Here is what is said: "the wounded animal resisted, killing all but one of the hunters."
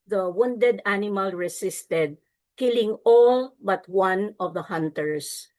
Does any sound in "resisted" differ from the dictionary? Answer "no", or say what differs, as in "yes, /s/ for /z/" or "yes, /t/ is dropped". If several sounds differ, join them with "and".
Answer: yes, /s/ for /z/